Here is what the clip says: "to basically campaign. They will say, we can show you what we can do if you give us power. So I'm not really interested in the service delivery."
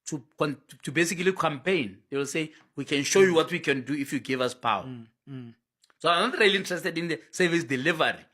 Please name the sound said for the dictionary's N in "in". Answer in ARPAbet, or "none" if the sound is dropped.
N